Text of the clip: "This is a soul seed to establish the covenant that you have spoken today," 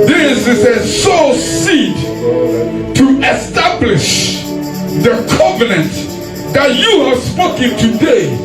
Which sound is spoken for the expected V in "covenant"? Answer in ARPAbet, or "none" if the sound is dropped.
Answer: V